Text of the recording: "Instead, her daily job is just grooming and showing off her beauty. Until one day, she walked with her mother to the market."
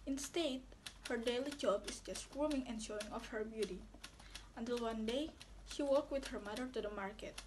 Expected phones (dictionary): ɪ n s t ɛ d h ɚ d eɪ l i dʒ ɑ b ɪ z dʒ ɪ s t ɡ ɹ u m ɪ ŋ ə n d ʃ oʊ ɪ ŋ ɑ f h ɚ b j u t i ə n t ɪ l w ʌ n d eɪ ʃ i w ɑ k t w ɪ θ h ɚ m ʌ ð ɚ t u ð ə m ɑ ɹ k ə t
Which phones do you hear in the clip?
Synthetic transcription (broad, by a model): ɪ n s t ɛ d h ɚ d eɪ l i dʒ ɑ b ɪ s dʒ ɪ s t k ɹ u m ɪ ŋ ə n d ʃ oʊ ɪ ŋ ɑ f h ɚ b j u t i ə n t ɪ l w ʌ n d eɪ ʃ i w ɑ k w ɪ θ h ɚ m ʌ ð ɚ t u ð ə m ɑ ɹ k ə t